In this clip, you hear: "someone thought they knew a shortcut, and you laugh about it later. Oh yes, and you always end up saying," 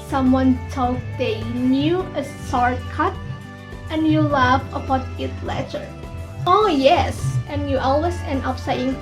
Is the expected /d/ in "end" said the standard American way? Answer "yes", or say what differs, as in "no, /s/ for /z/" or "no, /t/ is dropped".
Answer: no, /d/ is dropped